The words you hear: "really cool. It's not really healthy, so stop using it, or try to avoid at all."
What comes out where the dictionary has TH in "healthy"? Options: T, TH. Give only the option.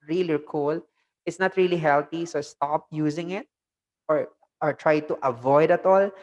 T